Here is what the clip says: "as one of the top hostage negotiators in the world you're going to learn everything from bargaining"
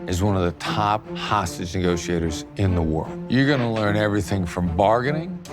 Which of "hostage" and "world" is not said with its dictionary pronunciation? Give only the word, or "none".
none